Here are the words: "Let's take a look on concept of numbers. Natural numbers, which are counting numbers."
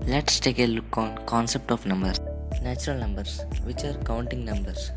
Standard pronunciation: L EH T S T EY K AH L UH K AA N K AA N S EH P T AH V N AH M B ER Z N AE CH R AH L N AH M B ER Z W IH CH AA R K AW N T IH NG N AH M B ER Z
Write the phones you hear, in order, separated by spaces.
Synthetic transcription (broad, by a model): L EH T S T EY K AH L UH K AA N K AA N S EH P T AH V N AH M B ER N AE CH R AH L N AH M B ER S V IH CH AA R K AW N T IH NG N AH M B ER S